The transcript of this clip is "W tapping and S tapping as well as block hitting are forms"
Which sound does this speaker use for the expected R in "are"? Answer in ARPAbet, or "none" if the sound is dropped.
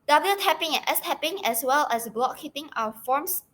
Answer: W